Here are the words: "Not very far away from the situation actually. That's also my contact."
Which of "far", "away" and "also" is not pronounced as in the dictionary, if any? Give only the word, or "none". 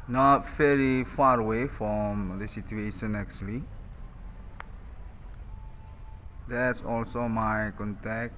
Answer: none